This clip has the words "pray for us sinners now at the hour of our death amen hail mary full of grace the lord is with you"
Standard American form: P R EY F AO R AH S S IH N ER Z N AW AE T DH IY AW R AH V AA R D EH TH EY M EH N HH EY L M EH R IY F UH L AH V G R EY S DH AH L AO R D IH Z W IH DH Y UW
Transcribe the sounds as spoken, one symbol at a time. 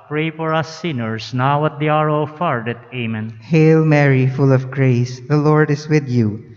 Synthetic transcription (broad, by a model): P R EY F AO R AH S S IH N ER S N AW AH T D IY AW R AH F AA R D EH T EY M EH N HH EY L M EH R IY F UH L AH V G R EY S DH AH L AO R D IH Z W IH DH Y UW